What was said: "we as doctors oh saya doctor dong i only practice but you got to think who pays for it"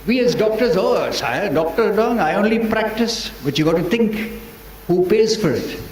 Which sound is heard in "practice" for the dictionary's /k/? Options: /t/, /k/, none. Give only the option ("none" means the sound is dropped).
/k/